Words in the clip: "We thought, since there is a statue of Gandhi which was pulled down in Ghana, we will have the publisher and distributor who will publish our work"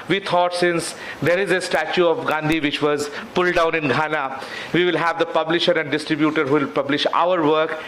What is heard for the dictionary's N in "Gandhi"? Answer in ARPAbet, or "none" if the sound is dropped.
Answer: N